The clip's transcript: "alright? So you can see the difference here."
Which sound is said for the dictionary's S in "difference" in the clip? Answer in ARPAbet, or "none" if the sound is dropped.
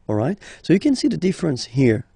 S